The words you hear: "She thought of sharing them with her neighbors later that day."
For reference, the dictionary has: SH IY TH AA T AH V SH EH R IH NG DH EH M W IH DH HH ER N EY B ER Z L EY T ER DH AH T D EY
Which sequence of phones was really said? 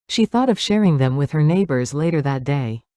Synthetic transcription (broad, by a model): SH IY TH AA T AH V SH EH R IH NG DH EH M W IH DH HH ER N EY B ER Z L EY T ER DH AH T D EY